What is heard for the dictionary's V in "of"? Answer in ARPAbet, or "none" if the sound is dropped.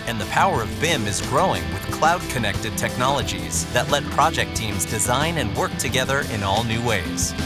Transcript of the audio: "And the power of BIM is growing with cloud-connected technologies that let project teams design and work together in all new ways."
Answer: V